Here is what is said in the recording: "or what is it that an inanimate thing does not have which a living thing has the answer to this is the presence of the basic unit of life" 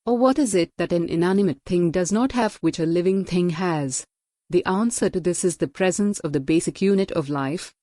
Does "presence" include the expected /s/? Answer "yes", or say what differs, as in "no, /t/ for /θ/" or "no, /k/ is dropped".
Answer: yes